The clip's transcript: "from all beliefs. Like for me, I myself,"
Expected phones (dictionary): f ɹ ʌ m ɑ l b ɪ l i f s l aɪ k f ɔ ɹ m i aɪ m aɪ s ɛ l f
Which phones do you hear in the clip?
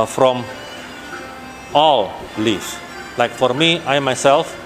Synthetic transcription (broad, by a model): f ɹ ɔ m ɑ l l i s l aɪ k f ɔ ɹ m i aɪ m aɪ s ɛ l f